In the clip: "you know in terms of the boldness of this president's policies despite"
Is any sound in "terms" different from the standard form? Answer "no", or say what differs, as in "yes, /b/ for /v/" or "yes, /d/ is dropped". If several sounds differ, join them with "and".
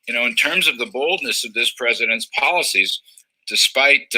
no